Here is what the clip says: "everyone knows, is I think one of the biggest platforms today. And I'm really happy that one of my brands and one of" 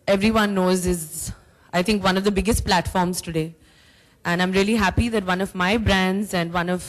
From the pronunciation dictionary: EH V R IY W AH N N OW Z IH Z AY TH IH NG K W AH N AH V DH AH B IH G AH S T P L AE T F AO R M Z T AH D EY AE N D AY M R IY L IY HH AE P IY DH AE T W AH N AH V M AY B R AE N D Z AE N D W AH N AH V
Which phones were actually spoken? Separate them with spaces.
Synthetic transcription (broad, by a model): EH V R IY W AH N N OW Z IH Z AY T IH NG K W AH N AH V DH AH B IH G AH S T P L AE T F AO R M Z T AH D EY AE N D AY M R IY L IY HH AE P IY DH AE T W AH N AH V M AY B R AE N D Z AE N D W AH N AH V